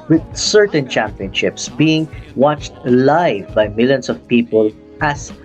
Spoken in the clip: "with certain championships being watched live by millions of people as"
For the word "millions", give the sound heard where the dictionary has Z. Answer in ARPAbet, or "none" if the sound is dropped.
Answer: S